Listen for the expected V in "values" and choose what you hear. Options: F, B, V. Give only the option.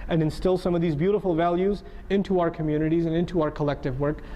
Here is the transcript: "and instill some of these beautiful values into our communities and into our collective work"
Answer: V